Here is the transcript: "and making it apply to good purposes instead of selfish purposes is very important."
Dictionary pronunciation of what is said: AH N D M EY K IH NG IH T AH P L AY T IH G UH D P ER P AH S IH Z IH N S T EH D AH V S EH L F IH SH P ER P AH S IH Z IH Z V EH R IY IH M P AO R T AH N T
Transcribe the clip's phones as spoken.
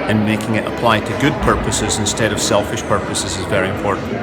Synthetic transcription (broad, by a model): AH N M EY K IH NG IH T AH P L AY T IH G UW D P ER P AH S IH Z IH N S T EH D AH V S EH L F IH SH P ER P AH S IH Z IH Z V EH R IY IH M P AO R T N